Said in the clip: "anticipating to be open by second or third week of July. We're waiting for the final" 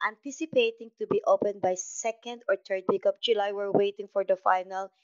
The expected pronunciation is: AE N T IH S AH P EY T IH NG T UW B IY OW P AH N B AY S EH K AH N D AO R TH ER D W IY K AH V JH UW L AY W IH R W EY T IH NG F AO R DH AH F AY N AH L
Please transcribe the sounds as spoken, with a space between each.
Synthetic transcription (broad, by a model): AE N T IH S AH P EY T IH NG T UW B IY OW P AH N B AY S EH K AH N D AO R T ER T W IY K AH P JH UW L AY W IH R W EY T IH NG F AO R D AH F AY N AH L